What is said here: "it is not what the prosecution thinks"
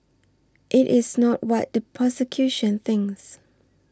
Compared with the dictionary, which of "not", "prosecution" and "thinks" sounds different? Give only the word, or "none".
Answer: prosecution